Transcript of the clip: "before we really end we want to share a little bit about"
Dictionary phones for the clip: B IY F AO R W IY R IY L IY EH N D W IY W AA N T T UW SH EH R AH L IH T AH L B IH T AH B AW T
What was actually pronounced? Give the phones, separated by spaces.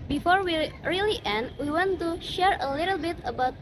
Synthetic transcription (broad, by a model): B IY F AO R W IY R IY L IY EH N D W IY W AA N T T UW SH EH R AH L IH T AH L B IH T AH B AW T